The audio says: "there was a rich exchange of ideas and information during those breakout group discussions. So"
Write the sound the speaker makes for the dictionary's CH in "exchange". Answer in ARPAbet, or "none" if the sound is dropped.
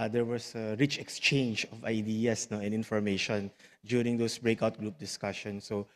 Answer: CH